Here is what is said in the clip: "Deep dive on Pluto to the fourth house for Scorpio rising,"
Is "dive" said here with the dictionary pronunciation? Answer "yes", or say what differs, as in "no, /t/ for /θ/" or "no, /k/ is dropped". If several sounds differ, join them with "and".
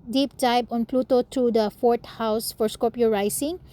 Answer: no, /b/ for /v/